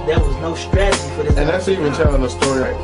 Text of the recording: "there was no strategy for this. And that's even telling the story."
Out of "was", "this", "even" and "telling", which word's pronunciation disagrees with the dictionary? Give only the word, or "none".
this